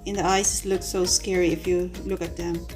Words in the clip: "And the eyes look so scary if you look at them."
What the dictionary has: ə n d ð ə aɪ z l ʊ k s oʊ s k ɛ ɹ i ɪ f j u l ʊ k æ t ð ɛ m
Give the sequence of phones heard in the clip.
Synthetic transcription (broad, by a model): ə n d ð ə aɪ s l ʊ k s oʊ s k ɛ ɹ i ɪ f j u l ʊ k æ t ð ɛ m